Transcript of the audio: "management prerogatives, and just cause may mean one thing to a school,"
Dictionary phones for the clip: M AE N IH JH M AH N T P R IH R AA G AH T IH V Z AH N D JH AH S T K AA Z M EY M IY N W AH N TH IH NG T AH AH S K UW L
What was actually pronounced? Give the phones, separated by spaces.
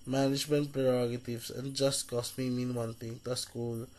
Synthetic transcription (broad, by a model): M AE N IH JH M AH N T P R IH R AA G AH T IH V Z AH N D JH AH S T K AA S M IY M IY N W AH N T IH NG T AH AH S K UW L